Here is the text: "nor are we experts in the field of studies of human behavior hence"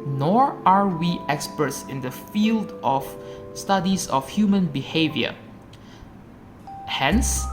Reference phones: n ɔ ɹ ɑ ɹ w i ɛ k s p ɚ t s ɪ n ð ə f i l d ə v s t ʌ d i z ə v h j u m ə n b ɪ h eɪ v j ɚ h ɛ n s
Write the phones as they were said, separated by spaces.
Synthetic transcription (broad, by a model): n ɔ ɹ ɑ ɹ w i ɛ k s p ɚ t s ɪ n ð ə f i l d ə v s t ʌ d i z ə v h j u m ə n b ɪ h eɪ v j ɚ h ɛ n s